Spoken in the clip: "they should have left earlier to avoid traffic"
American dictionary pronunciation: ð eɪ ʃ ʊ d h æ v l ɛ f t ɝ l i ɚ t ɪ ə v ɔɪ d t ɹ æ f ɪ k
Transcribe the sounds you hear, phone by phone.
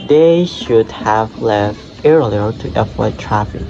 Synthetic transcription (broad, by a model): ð eɪ ʃ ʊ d h æ v l ɛ f t ɝ l i ɚ t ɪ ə w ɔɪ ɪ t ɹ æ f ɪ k